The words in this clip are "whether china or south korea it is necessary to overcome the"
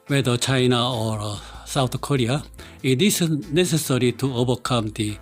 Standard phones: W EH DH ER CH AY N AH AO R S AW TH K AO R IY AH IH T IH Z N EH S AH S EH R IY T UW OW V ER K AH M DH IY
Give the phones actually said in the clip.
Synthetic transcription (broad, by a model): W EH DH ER CH AY N AH AO R S AW T K AO R IY AH IH T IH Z N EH S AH S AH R IY T UW OW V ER K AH M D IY